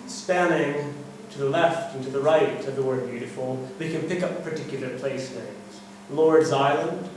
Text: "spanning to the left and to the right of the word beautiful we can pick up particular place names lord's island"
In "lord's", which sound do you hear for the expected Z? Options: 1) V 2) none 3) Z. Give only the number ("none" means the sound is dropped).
3